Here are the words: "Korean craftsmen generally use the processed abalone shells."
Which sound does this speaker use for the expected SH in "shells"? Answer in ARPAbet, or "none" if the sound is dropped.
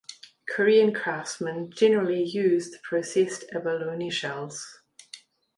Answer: SH